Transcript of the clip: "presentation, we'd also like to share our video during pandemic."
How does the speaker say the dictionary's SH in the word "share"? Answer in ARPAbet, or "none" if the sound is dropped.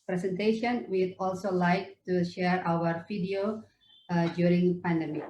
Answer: SH